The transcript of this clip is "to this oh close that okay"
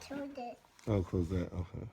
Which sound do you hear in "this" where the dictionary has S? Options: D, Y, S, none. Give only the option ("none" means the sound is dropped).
none